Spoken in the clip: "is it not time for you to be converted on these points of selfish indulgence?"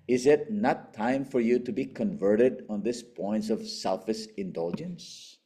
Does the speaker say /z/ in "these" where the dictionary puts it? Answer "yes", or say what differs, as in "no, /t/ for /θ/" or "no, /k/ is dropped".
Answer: no, /s/ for /z/